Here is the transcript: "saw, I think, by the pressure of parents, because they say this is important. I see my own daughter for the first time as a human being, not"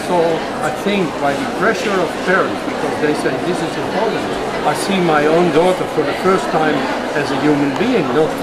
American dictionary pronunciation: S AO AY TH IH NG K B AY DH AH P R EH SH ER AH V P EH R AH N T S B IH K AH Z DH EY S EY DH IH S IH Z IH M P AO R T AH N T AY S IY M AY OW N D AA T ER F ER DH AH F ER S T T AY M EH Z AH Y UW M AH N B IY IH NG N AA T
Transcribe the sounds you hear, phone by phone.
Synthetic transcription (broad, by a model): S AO AY TH IH NG K B AY DH AH P R EH SH ER AH V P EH R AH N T B IH K AH Z DH EY S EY DH IH S IH Z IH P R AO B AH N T AY S IY M AY OW N D AA T ER F ER DH AH F ER S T T AY M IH Z AH Y UW M AH N B IY IH NG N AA